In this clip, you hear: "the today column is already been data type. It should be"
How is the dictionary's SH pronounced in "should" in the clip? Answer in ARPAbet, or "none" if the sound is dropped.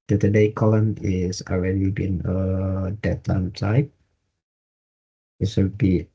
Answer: S